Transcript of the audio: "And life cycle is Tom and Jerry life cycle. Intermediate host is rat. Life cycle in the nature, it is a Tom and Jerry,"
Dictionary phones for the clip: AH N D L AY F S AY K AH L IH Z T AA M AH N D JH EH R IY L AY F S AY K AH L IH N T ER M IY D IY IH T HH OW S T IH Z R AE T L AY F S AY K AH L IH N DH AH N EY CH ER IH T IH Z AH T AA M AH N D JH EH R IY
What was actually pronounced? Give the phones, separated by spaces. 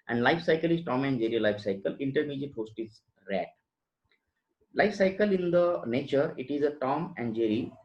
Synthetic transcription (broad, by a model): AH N D L AY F S AY K AH L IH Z T AA M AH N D JH EH R IY L AY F S AY K AH L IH N T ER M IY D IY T HH OW S T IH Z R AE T L AY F S AY K AH L IH N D AH N EY CH ER IH T IH Z AH T AA M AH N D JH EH R IY